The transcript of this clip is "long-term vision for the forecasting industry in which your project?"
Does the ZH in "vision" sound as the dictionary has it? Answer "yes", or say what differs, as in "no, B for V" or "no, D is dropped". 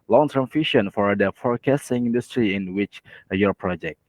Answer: no, SH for ZH